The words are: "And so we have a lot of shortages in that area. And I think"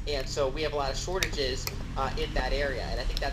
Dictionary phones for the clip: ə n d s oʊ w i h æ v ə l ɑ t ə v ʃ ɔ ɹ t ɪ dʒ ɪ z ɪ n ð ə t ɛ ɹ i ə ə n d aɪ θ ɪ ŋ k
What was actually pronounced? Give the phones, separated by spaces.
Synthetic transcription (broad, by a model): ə n s oʊ w i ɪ v ə l ɑ t ə v ʃ ɔ ɹ t ɪ dʒ ɪ z ɪ n ð ə t ɛ ɹ i ə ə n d aɪ θ ɪ ŋ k